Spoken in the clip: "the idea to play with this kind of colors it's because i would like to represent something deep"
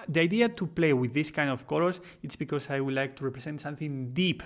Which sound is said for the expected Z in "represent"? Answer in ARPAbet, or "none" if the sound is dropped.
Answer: S